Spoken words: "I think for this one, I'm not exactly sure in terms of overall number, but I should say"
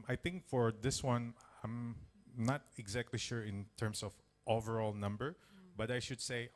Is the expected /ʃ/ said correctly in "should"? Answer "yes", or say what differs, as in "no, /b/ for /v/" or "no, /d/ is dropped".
yes